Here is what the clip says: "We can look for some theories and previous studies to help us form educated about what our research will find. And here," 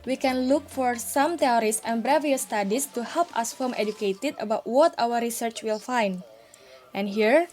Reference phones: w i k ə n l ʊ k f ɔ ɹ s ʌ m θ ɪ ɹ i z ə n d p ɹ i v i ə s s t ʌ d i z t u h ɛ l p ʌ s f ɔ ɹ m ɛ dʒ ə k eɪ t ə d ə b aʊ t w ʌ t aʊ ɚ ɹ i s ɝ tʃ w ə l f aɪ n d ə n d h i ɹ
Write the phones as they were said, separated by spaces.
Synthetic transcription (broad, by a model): w i k ə n l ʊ k f ɔ ɹ s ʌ m t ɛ ɹ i s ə n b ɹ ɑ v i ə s s t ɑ d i s t u h ɛ l p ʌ s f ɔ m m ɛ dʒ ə k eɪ t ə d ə b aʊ t w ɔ t aʊ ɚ ɹ i s ɝ tʃ w ə l f aɪ n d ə n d h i ɹ